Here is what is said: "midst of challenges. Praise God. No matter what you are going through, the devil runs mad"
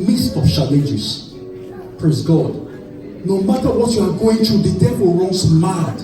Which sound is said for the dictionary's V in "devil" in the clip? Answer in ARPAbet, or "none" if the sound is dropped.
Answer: P